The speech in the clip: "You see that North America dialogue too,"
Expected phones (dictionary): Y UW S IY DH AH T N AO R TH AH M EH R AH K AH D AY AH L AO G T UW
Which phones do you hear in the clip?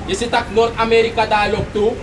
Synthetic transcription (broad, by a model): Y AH S IY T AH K N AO R T AH M EH R AH K AH D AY L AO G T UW